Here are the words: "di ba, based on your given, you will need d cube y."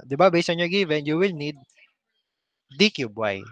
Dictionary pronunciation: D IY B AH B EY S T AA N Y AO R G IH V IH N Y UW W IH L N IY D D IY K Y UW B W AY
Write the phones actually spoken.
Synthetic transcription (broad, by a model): D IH B AH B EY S AA N Y AO R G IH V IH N Y UW W IH L N IY D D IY K Y UW B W AY